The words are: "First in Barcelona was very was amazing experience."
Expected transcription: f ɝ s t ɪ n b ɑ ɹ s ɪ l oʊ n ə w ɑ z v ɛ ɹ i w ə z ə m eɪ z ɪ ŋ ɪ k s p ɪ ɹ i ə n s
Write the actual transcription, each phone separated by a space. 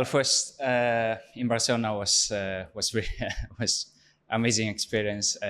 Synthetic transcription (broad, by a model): f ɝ s t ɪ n b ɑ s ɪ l n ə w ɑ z w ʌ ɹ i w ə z ə m eɪ z ɪ ŋ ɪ k s p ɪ ɹ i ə n s